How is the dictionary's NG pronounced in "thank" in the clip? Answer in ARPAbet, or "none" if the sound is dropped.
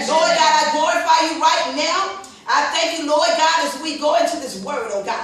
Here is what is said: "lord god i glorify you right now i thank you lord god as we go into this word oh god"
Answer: NG